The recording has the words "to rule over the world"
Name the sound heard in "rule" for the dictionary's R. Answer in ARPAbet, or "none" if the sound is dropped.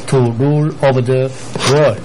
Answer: R